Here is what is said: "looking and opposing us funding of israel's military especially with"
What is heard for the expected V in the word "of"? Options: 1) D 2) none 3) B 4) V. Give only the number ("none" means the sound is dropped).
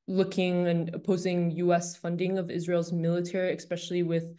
4